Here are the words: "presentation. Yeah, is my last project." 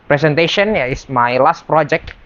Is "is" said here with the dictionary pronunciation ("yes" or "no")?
no